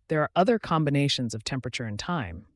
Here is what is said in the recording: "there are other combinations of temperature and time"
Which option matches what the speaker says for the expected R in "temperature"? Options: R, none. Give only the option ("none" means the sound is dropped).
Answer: R